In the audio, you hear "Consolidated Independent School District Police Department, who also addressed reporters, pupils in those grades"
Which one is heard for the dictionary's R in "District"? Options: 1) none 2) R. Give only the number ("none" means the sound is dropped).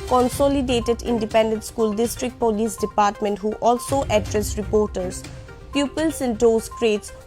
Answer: 2